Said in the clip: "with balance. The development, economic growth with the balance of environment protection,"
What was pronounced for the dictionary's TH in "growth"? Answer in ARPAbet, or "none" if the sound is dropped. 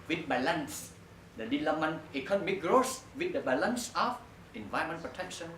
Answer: S